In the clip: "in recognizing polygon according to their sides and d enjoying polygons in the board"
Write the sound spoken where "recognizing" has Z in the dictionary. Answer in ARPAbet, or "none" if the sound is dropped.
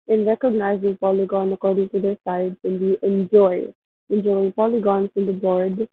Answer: Z